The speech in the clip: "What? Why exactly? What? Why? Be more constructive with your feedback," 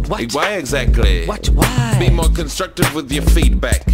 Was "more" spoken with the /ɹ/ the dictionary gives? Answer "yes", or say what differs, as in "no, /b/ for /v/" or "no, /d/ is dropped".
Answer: yes